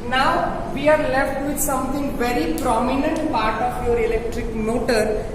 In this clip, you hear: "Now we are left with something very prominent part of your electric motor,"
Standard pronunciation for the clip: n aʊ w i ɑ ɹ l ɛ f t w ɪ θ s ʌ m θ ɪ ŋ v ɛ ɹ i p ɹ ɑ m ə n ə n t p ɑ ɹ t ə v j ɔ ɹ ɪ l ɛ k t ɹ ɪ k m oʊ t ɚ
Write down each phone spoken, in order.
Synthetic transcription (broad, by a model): n aʊ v i ɑ ɹ l ɛ f t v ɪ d s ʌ m t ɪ ŋ v ɛ ɹ i p ɹ ɑ m ə n ə n t p ɑ ɹ t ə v j ɔ ɹ ɪ l ɛ k t ɹ ɪ k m oʊ t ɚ